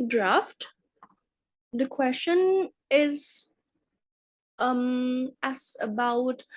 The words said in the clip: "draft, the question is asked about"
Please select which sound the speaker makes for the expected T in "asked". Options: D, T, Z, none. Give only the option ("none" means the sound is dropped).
none